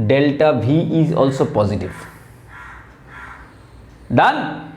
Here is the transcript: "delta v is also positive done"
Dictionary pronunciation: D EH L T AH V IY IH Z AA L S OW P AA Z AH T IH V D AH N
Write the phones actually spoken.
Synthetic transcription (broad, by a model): D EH L T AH B IY IH Z AA L S OW P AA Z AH T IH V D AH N